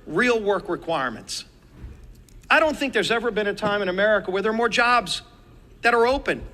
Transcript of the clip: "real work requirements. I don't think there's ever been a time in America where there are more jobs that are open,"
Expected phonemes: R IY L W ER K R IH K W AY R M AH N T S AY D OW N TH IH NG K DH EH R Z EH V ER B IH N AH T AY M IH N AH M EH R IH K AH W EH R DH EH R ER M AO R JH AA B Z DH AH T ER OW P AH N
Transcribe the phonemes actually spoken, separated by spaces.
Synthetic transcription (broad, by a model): R IY L W ER K R IH K W AY R M AH N T S AY D OW N TH IH NG K DH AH R Z EH V ER B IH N AH T AY M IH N AH M EH R IH K AH W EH R DH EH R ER M AO R JH AA B Z DH AH T ER OW P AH N